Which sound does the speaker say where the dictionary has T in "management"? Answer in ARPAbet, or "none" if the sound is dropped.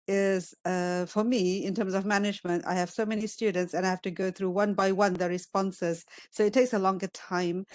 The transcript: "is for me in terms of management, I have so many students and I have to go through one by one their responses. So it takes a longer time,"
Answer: T